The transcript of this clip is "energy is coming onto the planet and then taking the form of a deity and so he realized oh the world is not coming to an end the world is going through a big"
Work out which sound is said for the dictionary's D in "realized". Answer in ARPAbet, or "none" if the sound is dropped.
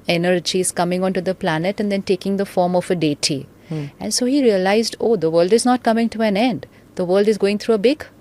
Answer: D